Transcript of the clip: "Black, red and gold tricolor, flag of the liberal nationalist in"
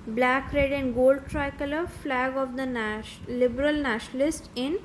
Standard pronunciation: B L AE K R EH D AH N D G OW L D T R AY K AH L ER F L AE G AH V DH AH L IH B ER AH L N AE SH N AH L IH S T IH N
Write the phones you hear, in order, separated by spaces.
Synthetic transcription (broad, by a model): B L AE K R EH D AH N D G OW L D T R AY K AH L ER F L AE G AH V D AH L IH B ER AH L N AE SH N AH L IH S T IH N